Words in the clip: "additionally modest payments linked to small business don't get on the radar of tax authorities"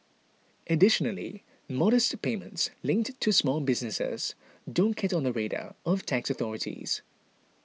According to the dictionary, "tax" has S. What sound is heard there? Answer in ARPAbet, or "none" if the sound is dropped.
S